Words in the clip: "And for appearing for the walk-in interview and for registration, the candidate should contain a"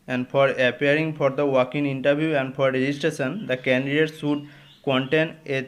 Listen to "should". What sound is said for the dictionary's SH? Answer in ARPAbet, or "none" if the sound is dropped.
S